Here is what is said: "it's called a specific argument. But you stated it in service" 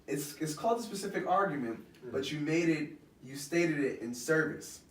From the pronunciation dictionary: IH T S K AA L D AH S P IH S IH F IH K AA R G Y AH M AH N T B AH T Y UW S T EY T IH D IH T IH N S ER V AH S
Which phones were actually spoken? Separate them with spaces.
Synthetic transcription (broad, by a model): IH T S K AA L D AH S P IH S IH F IH K AA R G Y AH M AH N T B AH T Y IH S T EY T IH D IH T IH N S ER V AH S